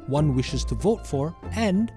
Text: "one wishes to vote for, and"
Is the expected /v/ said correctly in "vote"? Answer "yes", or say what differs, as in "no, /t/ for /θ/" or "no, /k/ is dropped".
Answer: yes